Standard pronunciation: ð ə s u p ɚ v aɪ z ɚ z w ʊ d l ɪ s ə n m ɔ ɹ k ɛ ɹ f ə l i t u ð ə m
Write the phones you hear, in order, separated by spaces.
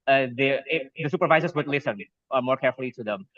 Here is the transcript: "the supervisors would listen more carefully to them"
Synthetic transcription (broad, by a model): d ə s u p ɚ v aɪ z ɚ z w ʊ d l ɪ s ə n m ɔ ɹ k ɛ ɹ f ə l i t u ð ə m